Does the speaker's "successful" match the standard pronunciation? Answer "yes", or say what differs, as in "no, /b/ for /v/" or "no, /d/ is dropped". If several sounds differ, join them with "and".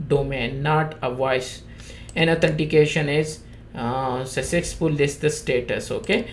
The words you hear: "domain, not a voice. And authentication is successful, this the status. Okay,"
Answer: no, /k/ is dropped